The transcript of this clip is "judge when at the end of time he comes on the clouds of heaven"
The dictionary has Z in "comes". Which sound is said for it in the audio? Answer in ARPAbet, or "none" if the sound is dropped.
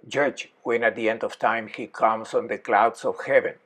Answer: S